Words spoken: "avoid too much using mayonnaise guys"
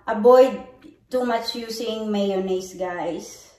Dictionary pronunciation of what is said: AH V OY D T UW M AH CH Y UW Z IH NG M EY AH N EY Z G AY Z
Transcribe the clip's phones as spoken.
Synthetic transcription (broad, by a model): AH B OY D T UW M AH CH Y UW S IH NG M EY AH N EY S G AY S